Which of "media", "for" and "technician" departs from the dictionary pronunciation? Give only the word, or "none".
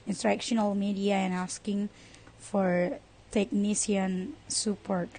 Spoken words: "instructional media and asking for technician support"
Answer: technician